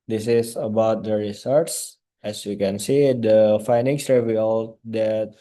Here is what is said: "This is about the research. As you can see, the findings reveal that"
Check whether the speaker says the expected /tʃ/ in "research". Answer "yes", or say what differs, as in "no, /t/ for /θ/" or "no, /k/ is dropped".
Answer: no, /s/ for /tʃ/